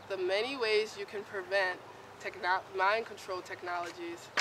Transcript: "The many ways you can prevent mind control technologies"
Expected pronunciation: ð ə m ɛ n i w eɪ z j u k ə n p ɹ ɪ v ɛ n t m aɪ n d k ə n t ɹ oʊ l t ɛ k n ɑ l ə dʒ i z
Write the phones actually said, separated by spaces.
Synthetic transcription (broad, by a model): ð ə m ɛ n i w eɪ z j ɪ k ə n p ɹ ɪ v ɛ n t m aɪ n k ə n t ɹ oʊ l t ɛ k n ɑ l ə dʒ i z